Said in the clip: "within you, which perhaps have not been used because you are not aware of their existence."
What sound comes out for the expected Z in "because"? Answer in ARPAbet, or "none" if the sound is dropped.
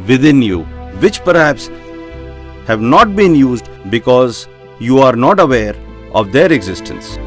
Z